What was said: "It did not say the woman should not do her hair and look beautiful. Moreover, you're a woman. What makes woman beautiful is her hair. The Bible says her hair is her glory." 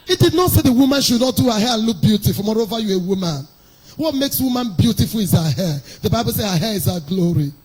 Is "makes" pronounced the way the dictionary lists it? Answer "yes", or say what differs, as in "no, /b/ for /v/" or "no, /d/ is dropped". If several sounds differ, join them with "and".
yes